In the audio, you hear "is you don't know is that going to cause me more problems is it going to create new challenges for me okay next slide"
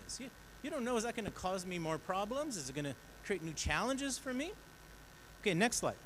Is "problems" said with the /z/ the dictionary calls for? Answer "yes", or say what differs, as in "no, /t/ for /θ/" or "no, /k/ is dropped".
yes